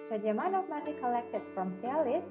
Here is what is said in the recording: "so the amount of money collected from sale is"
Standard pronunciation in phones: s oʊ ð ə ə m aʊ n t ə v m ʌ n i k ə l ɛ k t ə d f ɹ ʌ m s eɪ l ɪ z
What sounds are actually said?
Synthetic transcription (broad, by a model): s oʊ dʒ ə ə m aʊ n ə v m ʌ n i k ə l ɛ k t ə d f ɹ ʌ m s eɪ l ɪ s